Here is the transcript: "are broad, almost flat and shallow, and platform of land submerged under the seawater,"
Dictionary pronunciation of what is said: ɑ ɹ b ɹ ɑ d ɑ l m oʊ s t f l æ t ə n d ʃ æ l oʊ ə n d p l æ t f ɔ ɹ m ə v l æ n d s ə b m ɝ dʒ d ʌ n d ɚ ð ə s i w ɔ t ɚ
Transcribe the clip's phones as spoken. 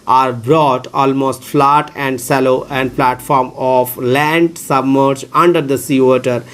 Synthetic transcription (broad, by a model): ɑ ɹ b ɹ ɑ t ɑ l m oʊ s t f l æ t ə n d s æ l oʊ ə n d p l æ t f ɔ ɹ m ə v l æ n d s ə b m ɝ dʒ ʌ n d ɚ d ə s i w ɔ t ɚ